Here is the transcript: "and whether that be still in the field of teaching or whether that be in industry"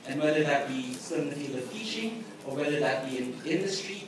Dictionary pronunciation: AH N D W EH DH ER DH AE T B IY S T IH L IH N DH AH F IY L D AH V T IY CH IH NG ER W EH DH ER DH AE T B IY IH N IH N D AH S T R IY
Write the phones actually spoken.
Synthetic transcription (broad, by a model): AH N W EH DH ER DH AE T B IY S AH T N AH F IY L AH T IY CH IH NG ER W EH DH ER DH AE T B IY IH N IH N D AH S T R IY